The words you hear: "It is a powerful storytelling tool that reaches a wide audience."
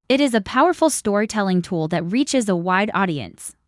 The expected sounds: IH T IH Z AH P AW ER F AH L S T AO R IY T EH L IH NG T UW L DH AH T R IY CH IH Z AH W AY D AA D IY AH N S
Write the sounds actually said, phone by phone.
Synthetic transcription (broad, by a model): IH T IH Z AH P AW ER F L S T AO R IY T EH L IH NG T UW L DH AH T R IY CH IH Z AH W AY D AA D IY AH N S